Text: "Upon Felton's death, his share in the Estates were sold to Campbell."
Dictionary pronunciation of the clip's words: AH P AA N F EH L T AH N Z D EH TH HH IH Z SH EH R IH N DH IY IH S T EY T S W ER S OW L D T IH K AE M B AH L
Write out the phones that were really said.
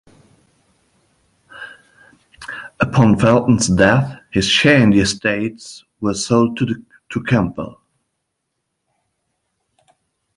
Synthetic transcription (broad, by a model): AH P AA N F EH L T N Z D EH TH HH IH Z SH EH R IH N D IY IH S T EY T S W ER S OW L D T IH K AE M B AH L